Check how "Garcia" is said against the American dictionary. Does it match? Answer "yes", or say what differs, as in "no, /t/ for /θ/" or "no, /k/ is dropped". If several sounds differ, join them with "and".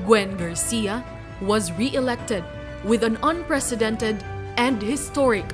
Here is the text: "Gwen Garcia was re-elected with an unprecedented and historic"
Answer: yes